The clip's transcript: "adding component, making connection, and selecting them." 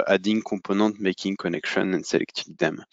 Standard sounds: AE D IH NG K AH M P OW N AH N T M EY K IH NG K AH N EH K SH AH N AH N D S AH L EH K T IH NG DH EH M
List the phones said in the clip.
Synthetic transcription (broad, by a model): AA D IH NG K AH P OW N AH T M EY K IH NG K AH N EH K SH AH N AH N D S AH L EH K T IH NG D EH M